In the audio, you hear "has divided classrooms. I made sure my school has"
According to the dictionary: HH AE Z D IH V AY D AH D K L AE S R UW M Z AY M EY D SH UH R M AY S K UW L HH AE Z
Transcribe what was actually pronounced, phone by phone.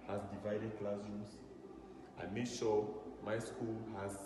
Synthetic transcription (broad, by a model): HH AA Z D IH V AY D AH D K L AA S UW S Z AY M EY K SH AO M AY S K UW L HH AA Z